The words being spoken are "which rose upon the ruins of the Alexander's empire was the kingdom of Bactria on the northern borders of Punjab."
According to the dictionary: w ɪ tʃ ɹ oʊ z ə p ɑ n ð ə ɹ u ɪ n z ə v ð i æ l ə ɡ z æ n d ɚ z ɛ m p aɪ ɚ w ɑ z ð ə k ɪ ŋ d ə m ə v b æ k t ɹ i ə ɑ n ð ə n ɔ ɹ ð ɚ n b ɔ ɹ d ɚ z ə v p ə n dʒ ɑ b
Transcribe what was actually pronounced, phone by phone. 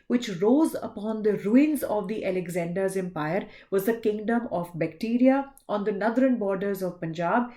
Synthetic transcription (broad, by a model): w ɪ tʃ ɹ oʊ z ə p ɑ n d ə ɹ u ɪ n z ə v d i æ l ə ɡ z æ n d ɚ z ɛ m p aɪ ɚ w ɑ z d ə k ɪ ŋ d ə m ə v b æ k t ɹ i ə ɑ n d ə n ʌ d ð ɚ n b ɔ ɹ d ɚ z ə v p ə n dʒ ɑ b